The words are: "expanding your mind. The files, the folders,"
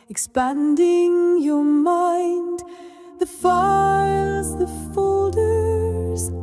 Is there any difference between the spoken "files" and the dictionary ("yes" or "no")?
yes